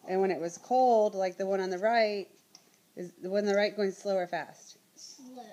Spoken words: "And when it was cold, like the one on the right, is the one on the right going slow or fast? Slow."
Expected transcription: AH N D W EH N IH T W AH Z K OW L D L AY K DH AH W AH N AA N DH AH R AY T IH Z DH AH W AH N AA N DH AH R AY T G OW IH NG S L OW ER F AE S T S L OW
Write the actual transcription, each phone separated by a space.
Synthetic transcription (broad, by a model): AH N W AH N IH T W AH Z K OW L D L AY K DH AH W AH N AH N DH AH R AY T IH Z DH AH W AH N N DH AH R AY T G OW IH NG S L OW ER F AE S T